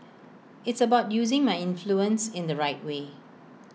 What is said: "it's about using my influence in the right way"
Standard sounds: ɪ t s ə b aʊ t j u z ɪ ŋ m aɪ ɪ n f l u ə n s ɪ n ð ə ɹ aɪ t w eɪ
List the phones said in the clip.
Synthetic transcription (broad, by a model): ɪ t s ə b aʊ t j u z ɪ ŋ m aɪ ɪ n f l u ə n s ɪ n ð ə ɹ aɪ t w eɪ